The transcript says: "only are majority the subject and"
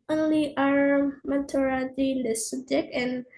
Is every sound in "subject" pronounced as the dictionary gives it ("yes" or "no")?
no